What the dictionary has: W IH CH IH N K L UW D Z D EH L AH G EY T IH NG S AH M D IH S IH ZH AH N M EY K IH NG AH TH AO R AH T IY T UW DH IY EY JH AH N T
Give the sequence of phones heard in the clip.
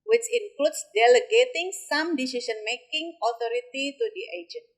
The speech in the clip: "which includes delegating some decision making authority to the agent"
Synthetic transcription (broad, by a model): W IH CH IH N K L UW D S D EH L AH G EY T IH NG S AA M D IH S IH S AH N M EY K IH NG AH T AO R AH T IY T UW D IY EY JH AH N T